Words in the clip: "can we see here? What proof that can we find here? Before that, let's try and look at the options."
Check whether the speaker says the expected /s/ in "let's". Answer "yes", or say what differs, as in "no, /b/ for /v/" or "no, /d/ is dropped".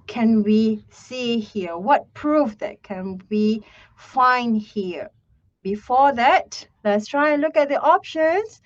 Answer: yes